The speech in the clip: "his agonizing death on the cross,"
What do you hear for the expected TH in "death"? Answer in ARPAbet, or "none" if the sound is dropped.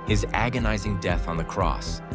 TH